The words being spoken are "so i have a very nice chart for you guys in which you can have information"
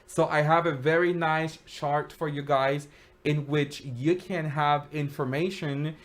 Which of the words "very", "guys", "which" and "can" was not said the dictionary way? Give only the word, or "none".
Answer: none